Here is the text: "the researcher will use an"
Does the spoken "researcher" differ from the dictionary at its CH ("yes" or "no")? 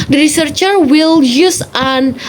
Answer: no